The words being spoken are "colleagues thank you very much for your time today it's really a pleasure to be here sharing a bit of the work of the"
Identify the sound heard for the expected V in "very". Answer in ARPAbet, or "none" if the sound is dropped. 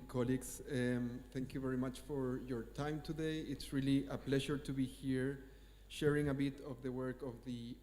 V